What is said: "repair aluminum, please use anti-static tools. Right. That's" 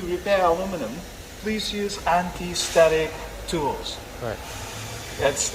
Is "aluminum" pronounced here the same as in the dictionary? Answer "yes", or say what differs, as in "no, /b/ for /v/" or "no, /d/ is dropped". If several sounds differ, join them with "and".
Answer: no, /w/ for /l/